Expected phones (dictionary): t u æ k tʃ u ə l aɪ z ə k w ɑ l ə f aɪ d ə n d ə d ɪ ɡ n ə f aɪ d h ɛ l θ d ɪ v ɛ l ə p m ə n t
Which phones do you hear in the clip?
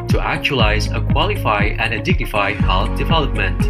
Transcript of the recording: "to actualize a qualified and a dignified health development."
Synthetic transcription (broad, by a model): t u æ k tʃ u ə l aɪ z ə k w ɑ l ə f aɪ ə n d ə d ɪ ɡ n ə f aɪ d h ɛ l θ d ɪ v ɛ l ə p m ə n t